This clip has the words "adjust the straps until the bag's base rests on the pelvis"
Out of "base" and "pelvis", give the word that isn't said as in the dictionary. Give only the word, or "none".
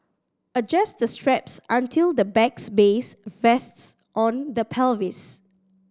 none